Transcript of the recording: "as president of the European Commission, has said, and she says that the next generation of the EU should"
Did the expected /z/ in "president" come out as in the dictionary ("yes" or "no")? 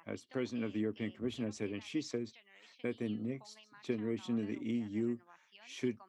yes